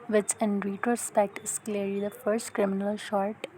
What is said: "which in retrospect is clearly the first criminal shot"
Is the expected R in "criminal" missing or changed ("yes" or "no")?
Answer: no